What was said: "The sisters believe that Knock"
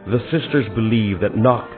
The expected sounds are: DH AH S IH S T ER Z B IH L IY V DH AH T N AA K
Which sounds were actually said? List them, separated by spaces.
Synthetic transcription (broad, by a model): DH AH S IH S T ER Z B IH L IY V DH AH T N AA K